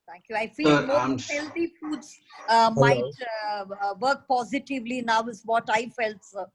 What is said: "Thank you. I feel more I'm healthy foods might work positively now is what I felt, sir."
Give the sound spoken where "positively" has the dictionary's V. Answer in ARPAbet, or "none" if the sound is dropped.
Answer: V